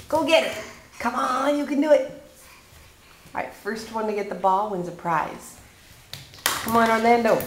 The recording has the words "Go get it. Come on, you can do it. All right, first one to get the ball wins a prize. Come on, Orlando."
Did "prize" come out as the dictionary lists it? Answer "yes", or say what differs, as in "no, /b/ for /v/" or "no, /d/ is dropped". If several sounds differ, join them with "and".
yes